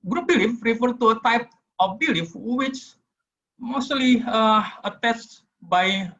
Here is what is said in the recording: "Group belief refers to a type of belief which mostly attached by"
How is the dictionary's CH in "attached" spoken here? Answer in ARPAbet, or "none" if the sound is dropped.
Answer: S